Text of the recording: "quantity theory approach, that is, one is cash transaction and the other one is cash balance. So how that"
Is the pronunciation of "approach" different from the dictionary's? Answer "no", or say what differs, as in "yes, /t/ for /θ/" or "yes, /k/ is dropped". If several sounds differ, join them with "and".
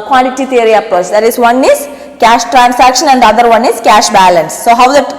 yes, /ɹ/ is dropped